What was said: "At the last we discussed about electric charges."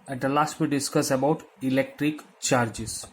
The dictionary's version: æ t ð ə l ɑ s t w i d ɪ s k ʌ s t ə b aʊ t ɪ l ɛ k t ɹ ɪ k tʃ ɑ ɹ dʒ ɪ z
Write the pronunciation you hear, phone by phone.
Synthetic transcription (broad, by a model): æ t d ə l ɑ s t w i d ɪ s k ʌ s ə b aʊ t ɪ l ɛ k t ɹ ɪ k tʃ ɑ ɹ dʒ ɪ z